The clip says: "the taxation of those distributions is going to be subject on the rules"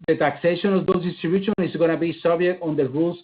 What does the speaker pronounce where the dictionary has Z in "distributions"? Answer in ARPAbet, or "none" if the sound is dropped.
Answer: none